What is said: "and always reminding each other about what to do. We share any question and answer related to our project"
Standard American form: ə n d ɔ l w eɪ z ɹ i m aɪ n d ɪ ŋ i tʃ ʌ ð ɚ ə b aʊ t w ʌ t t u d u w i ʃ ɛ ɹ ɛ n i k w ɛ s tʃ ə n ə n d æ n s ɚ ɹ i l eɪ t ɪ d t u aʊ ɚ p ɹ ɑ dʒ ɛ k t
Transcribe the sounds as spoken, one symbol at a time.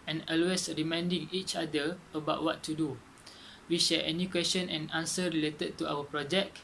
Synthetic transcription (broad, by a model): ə n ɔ l w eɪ s ɹ i m aɪ n d ɪ ŋ i tʃ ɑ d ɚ ə b aʊ t w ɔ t t u d u w i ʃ ɛ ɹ ɛ n i k w ɛ s tʃ ə n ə n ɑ n s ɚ ɹ i l eɪ t ɪ d t u aʊ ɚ p ɹ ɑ dʒ ɛ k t